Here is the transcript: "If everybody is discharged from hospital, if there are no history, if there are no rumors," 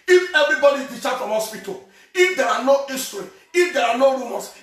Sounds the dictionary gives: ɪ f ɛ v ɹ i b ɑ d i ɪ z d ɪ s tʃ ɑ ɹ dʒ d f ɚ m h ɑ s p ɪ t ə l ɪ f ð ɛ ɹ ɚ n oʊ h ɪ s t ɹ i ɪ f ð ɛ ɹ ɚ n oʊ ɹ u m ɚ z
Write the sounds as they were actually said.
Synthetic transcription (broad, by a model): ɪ f ɛ v ɹ i b ɑ d i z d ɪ tʃ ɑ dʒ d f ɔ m h ɑ s p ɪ t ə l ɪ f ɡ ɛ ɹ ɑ n oʊ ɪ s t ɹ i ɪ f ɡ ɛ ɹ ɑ n oʊ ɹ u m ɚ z